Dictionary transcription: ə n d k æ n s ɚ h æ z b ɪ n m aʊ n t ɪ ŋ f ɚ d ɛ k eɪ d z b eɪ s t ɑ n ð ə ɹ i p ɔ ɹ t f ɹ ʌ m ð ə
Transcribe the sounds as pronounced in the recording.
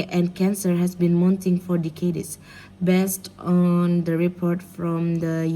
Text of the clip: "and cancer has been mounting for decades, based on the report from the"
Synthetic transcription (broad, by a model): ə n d k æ n s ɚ h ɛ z b ɪ n m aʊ n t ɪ ŋ f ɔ d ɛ k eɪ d s b eɪ s t ɑ n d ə ɹ i p ɔ ɹ t f ɹ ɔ m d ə